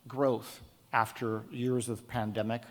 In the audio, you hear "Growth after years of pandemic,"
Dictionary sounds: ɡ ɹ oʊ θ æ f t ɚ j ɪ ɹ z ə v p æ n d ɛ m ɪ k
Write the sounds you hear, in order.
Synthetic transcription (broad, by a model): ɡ ɹ oʊ θ æ f t ɚ j ɪ ɹ z ə v p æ n d ɛ m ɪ k